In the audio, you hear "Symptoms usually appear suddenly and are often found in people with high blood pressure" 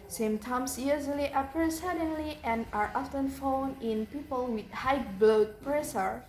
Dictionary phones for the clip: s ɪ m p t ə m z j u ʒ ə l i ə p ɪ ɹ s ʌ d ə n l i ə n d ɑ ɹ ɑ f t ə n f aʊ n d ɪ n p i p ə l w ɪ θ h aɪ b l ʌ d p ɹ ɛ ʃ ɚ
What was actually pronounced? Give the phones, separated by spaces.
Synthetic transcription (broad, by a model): s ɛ m t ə m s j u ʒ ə l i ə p ɹ s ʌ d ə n l i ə n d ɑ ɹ ɑ f t ə n f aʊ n ɪ n p i p ə l w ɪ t h aɪ b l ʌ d p ɹ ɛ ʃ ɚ